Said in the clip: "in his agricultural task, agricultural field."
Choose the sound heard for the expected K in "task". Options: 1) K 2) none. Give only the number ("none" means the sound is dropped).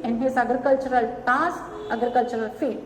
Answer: 2